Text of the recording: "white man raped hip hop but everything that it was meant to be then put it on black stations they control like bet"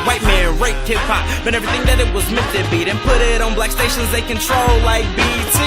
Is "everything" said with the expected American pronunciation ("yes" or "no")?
yes